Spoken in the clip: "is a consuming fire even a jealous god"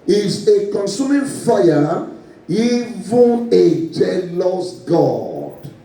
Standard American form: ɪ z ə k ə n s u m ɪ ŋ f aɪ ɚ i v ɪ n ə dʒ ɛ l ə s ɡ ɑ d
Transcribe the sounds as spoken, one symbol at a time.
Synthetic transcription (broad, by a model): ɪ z ə k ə n s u m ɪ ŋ f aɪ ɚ i v ɪ n ə dʒ ɛ l ə s ɡ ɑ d